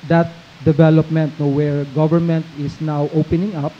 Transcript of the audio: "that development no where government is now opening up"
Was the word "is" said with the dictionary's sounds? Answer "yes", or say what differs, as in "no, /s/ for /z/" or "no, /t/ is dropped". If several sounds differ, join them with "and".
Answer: no, /s/ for /z/